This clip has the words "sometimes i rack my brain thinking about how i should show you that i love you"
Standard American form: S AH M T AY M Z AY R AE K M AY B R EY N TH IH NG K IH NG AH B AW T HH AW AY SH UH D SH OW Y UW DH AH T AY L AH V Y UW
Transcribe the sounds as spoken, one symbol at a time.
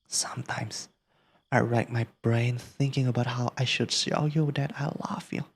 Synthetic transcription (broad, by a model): S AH M T AY M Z AY R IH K M AY B R EY N TH IH NG K IH NG AH B AW T HH AW AY SH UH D S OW Y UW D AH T AY L AH V Y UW